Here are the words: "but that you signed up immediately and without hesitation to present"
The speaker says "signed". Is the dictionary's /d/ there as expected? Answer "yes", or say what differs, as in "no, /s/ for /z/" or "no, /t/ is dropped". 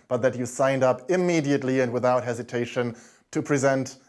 yes